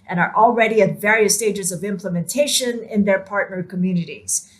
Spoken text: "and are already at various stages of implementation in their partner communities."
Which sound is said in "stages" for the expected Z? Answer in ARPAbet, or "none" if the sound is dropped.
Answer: Z